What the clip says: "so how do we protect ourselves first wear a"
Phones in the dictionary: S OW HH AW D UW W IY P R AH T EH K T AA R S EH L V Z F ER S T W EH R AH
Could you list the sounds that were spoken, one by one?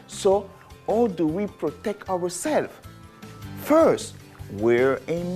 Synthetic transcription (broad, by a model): S OW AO D UW W IY P R AH T EH K T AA W S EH L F F ER S T W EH R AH